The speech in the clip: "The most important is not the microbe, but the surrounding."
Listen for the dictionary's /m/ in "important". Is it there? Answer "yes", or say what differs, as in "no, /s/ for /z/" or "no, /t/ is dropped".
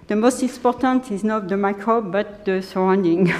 no, /m/ is dropped